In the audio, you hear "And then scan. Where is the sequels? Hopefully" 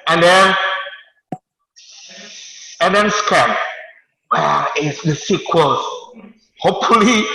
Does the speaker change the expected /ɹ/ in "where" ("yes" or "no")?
yes